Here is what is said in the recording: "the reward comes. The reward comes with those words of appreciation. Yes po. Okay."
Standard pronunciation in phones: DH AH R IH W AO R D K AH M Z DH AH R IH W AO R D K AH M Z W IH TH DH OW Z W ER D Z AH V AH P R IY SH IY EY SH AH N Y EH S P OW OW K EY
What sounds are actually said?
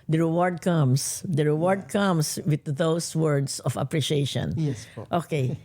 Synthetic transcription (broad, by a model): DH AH R IH W AO R D K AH M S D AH R IH W AO R D K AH M S W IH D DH OW S W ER D S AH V AH P R IY SH IY EY SH AH N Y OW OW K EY